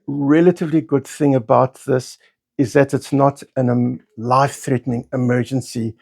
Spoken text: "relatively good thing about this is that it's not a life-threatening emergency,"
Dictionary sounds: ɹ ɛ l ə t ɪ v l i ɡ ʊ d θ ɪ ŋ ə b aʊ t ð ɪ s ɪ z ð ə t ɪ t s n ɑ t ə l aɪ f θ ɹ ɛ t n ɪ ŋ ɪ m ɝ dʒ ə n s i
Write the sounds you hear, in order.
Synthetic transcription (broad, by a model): ɹ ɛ l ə t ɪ v l i ɡ ʊ d θ ɪ ŋ ə b aʊ t ð ɪ s ɪ z ð ə t ɪ t s n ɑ t ə l aɪ f θ ɹ ɛ t n ɪ ŋ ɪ m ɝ dʒ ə n s i